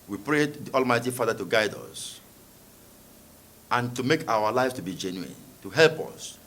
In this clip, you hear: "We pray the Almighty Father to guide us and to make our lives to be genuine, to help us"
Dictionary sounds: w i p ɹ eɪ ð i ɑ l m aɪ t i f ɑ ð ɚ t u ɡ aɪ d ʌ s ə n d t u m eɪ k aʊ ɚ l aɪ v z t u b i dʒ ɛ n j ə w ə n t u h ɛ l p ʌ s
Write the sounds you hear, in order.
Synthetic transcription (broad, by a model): w i p ɹ eɪ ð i ɑ l m aɪ t i f ɑ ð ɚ t u ɡ aɪ d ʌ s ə n t u m eɪ k aʊ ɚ l aɪ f t u b i dʒ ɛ n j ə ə n t u h ɛ l p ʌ s